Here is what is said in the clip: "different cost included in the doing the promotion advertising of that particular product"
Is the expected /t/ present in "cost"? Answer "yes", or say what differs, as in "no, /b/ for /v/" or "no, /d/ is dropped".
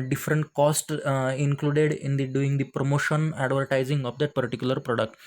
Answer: yes